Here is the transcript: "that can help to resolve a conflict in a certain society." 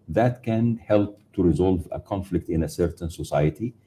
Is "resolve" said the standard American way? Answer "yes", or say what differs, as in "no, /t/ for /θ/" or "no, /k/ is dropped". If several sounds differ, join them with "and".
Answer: yes